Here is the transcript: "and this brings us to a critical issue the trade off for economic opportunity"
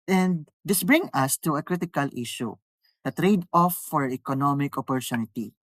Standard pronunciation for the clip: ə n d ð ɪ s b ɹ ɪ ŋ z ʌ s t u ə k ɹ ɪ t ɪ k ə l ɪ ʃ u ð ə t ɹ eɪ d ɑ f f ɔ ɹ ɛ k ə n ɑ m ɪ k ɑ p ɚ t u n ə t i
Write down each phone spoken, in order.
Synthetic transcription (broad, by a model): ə n d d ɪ s b ɹ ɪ ŋ ʌ s t u ə k ɹ ɪ t ɪ k ə l ɪ ʃ u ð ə t ɹ eɪ d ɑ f f ɔ ɹ ɛ k ə n ɑ m ɪ k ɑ p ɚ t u n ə t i